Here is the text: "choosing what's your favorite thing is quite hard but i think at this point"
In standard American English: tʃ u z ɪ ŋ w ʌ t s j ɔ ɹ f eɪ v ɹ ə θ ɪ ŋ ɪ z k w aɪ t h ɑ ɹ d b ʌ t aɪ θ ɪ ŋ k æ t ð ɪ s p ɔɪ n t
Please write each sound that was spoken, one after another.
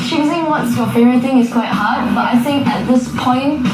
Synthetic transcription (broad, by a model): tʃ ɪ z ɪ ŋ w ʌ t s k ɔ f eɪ ɹ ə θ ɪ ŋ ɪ s k w aɪ t h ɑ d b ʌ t aɪ θ ɪ ŋ k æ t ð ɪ s p ɔɪ n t